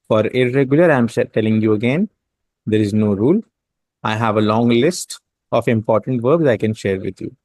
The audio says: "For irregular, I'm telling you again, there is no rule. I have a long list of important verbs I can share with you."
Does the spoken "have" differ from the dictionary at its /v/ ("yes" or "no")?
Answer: no